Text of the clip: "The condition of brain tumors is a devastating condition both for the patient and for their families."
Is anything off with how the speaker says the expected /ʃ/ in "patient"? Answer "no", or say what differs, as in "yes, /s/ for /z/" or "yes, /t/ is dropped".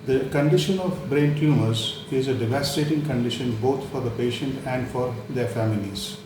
no